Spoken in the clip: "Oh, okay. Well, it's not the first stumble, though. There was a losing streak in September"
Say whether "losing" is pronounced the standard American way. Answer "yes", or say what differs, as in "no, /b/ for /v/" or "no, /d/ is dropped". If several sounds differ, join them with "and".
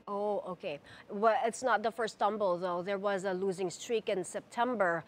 yes